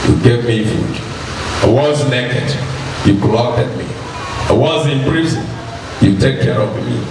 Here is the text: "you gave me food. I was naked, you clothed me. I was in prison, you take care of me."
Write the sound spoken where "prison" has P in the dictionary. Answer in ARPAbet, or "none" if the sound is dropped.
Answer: B